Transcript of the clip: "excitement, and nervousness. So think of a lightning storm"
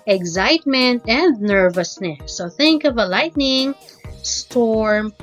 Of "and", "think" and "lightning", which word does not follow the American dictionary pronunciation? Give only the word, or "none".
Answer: none